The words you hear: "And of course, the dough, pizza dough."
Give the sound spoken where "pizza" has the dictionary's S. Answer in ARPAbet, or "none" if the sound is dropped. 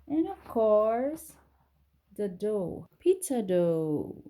none